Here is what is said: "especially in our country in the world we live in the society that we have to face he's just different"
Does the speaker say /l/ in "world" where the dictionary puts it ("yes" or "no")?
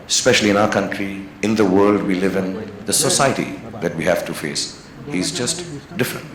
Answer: yes